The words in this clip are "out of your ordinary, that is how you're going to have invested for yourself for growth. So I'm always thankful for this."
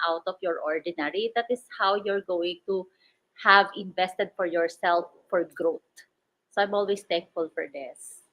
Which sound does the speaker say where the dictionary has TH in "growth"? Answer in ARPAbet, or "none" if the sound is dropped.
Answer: T